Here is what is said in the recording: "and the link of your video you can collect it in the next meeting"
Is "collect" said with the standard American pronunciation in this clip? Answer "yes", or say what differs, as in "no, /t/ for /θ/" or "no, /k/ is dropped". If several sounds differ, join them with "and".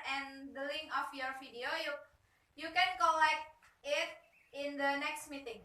no, /t/ is dropped